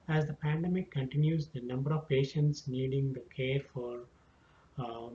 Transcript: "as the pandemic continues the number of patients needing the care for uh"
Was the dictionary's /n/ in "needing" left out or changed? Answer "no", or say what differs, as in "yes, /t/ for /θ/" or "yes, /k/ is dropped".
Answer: no